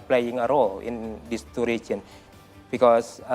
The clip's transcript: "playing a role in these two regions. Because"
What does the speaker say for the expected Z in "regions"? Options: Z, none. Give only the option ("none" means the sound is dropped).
none